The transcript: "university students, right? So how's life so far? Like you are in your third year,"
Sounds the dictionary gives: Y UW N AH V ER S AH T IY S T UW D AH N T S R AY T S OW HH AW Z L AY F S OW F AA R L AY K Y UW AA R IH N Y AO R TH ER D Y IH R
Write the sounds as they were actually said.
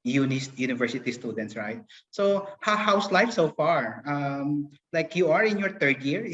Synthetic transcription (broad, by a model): Y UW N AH V ER S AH T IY S T UW D AH N T S R AY T S OW HH AW S L AY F S OW F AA R L AY K Y UW AA R IH N Y AO R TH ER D Y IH R